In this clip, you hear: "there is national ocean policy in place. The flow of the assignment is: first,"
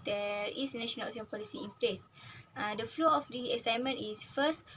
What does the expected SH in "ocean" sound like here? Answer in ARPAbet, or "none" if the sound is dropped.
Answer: S